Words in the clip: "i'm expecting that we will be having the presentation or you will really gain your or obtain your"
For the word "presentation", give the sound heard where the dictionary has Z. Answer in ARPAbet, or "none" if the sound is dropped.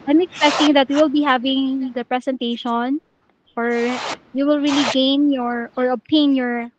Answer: S